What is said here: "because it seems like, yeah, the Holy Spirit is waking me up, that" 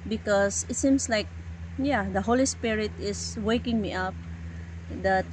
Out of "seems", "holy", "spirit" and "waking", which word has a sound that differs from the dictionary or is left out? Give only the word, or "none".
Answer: seems